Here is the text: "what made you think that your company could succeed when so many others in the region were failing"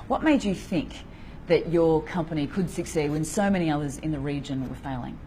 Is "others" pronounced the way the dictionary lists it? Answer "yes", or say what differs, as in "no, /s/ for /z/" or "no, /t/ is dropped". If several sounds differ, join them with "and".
yes